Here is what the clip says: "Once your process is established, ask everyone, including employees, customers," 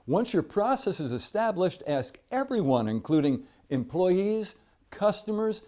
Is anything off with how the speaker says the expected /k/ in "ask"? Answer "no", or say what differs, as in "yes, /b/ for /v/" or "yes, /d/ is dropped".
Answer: no